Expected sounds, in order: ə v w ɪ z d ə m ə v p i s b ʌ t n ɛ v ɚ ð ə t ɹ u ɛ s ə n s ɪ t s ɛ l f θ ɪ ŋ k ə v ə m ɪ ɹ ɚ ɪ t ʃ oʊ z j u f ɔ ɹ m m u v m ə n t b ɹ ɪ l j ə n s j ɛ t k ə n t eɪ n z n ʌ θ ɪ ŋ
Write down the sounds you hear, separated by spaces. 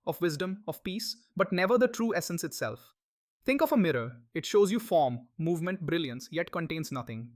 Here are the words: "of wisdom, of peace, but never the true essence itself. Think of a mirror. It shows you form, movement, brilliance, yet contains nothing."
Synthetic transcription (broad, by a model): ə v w ɪ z d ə m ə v p i s b ʌ t n ɛ v ɚ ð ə t ɹ u ɛ s ə n s ɪ t s ɛ l f t ɪ ŋ k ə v ə m ɪ ɹ ɚ ɪ t ʃ oʊ z j u f ɔ ɹ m m u v m ə n t b ɹ ɪ l j ə n s j ɛ t k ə n t eɪ n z n ʌ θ ɪ ŋ